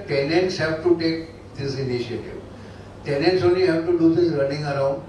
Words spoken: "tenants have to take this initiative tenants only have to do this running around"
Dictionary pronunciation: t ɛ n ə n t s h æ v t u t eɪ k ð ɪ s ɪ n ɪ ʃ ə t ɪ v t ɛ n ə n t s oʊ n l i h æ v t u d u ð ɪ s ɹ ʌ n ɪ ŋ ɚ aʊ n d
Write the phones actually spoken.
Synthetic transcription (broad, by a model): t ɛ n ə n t s h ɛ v t u t eɪ k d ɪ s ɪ n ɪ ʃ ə t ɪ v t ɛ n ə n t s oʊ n i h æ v t u d u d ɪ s ɹ ʌ n ɪ ŋ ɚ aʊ n d